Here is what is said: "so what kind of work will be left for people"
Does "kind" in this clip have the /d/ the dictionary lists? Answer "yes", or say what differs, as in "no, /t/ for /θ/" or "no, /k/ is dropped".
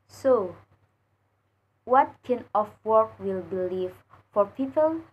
no, /d/ is dropped